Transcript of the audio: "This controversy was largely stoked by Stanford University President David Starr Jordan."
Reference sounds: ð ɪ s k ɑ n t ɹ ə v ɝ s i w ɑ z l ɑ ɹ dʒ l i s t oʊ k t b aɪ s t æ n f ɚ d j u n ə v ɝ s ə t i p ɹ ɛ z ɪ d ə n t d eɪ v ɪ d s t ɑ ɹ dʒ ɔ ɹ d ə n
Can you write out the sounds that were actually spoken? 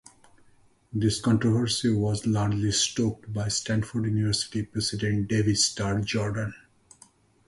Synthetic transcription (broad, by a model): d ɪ s k ɑ n t ɹ ə v ɝ s i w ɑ z l ɑ ɹ dʒ l i s t oʊ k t b aɪ s t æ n f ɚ d j u n ə v ɝ s ə t i p ɹ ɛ s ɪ d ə n t d eɪ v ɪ s t ɑ ɹ dʒ ɔ ɹ d ə n